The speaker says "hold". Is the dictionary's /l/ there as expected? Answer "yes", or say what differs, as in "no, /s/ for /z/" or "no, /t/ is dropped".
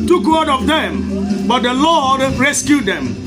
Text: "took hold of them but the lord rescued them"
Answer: no, /l/ is dropped